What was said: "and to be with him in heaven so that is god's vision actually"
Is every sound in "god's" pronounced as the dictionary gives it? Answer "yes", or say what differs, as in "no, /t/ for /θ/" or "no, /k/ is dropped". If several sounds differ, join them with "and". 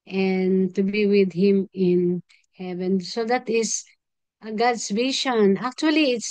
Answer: no, /s/ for /z/